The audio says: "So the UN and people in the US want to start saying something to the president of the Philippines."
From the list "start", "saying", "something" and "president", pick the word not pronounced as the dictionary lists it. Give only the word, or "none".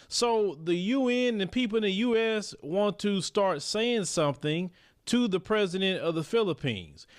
none